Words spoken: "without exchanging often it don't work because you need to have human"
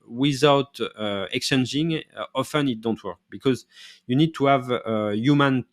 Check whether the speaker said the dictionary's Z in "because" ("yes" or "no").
yes